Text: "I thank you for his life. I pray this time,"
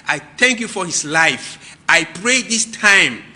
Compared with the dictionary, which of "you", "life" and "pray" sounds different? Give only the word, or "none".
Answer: none